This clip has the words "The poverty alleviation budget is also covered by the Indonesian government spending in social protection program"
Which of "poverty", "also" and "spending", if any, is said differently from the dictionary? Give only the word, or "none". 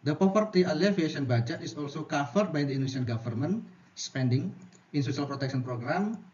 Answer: poverty